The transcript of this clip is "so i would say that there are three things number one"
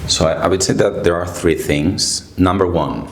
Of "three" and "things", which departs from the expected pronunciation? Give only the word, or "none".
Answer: none